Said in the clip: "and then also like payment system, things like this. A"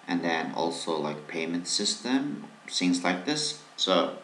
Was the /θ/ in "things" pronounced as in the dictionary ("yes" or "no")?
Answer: no